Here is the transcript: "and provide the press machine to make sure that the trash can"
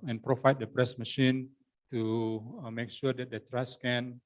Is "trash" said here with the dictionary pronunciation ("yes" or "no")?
no